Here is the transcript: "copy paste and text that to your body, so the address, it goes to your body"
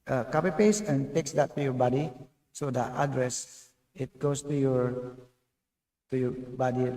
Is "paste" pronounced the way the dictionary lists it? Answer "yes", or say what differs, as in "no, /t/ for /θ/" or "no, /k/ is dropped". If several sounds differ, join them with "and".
no, /t/ is dropped